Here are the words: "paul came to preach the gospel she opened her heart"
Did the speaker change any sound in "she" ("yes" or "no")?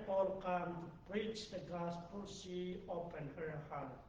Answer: yes